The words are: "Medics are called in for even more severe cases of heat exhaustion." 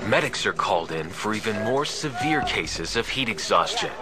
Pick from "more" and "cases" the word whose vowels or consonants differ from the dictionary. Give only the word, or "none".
none